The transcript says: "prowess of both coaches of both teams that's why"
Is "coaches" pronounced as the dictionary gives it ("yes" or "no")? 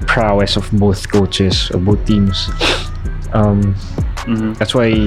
no